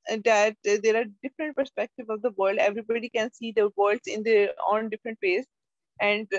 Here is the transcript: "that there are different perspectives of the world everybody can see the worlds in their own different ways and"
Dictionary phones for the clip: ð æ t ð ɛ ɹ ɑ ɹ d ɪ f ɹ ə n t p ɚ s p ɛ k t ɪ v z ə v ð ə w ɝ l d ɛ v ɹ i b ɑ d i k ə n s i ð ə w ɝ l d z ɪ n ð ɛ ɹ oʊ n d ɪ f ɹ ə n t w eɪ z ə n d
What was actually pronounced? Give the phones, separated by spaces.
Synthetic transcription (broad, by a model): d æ t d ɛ ɹ ɑ ɹ d ɪ f ɹ ə n t p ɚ s p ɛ k t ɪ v ə v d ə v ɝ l d ɛ v ɹ i b ɑ d i k ə n s i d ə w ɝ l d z ɪ n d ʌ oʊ n d ɪ f ɹ ə n t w eɪ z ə n d